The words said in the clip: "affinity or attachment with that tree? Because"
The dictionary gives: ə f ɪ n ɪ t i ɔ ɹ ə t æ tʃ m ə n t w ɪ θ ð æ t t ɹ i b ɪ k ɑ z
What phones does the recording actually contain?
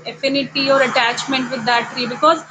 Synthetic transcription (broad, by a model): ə f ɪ n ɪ t i ɔ ɹ ə t æ tʃ m ə n t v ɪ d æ t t ɹ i b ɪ k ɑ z